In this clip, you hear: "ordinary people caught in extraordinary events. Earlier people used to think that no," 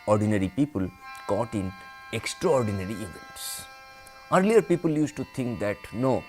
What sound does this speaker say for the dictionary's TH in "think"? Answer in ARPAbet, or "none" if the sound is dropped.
T